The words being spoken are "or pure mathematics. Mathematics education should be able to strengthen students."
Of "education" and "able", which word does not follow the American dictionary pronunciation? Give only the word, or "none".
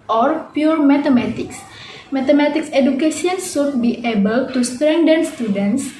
education